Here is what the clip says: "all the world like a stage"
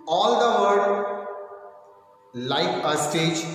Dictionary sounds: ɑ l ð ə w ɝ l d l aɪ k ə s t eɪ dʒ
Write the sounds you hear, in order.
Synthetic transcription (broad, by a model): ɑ l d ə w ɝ d l aɪ k ə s t eɪ dʒ